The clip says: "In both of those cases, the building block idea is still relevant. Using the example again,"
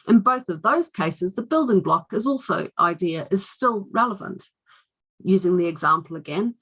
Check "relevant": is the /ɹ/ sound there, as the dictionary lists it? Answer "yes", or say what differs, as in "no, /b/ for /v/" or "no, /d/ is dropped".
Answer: yes